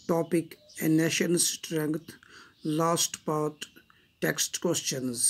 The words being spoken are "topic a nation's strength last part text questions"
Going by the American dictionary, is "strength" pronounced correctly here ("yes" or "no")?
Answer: no